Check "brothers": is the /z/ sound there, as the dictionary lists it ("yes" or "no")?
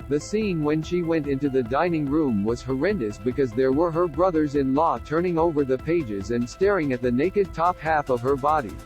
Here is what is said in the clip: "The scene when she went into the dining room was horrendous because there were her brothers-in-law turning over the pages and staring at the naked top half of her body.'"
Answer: yes